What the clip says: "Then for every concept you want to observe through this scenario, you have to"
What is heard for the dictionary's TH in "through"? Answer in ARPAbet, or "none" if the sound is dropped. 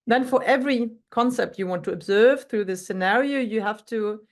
TH